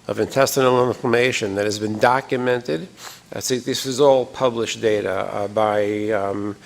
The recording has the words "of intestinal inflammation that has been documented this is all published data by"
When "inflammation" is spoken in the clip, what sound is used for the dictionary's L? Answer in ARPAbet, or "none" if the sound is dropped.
none